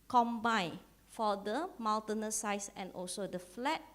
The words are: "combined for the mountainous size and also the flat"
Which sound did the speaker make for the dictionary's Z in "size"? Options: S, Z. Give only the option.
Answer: S